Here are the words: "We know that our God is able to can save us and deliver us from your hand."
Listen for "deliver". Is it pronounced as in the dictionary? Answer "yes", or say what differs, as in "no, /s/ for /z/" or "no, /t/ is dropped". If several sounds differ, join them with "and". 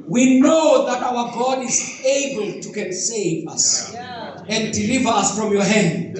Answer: yes